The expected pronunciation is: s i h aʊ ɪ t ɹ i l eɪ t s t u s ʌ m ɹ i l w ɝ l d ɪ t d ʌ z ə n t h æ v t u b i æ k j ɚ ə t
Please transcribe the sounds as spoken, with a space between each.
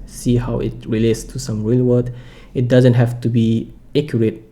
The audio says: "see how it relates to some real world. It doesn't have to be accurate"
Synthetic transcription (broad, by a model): s i h aʊ ɪ t ɹ i l eɪ t s t u s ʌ m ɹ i l w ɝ d ɪ t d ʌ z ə n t h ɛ f t u b i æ k j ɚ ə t